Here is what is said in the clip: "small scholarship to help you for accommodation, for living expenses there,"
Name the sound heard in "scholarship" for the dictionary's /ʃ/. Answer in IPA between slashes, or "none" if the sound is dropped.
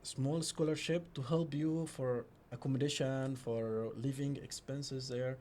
/ʃ/